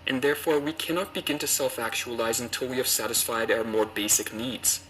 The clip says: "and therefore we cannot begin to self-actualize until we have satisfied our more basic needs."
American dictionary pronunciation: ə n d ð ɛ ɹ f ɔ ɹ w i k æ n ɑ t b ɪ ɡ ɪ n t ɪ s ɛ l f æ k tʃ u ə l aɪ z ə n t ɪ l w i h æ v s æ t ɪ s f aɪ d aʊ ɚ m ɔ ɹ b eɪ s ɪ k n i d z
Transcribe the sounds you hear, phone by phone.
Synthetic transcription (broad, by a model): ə n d ð ɛ ɹ f ɔ ɹ w i k æ n ɑ t b ɪ ɡ ɪ n t ɪ s ɛ l f æ k tʃ u ə l aɪ z ə n t ɪ l w i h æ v s æ t ɪ s f aɪ d aʊ ɚ m ɔ ɹ b eɪ s ɪ k n i d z